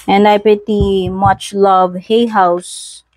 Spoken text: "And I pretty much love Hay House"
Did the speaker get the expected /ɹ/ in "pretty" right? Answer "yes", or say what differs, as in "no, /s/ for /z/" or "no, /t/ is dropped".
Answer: no, /ɹ/ is dropped